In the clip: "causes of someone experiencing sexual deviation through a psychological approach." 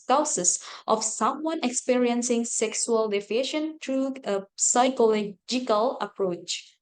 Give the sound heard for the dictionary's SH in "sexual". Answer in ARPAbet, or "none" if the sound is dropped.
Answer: S